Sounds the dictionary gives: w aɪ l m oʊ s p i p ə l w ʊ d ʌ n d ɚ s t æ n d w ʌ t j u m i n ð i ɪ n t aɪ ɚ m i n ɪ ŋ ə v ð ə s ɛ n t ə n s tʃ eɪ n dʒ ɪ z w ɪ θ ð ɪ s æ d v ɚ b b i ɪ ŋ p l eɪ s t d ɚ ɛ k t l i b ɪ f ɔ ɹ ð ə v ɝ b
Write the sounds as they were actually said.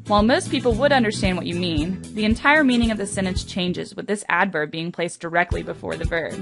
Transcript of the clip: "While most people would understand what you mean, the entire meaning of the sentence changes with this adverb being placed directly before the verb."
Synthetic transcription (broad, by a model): w aɪ l m oʊ s p i p l w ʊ d ʌ n d ɚ s t æ n d w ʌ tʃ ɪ m i n ð i ɪ n t aɪ ɚ m i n ɪ ŋ ə v ð ə s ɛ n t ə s tʃ eɪ n dʒ ɪ z w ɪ ð ɪ s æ d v ɚ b b i ɪ ŋ p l eɪ s d ɚ ɛ k t l i b ɪ f ɔ ɹ ð ə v ɝ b